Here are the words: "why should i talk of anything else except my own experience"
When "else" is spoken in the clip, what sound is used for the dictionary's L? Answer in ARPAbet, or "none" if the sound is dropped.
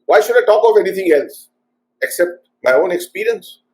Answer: L